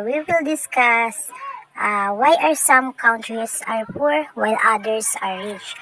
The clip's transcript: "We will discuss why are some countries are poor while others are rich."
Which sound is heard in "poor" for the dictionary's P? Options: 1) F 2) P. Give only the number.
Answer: 2